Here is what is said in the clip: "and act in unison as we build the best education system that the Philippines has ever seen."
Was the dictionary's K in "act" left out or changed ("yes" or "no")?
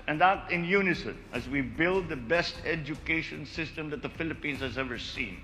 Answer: yes